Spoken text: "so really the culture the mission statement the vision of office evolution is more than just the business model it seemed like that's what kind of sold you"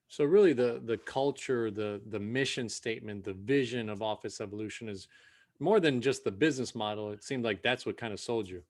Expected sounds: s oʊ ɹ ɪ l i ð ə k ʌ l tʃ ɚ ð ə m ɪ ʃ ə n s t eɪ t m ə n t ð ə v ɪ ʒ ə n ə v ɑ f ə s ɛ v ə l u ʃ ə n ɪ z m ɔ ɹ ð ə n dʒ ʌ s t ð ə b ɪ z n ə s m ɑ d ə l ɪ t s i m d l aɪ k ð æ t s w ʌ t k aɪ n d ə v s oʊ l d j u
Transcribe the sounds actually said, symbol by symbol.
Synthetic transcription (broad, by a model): s oʊ ɹ ɪ l i ð ə k ʌ l tʃ ɚ ð ə m ɪ ʃ ə n s t eɪ t m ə n ð ə v ɪ ʒ ə n ə v ɑ f ə s ɛ v ə l u ʃ ə n ɪ z m ɔ ɹ ð ə n dʒ ʌ s t ð ə b ɪ z n ə s m ɑ d l ɪ t s i m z l aɪ k ð æ t s w ʌ t k aɪ n d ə s oʊ l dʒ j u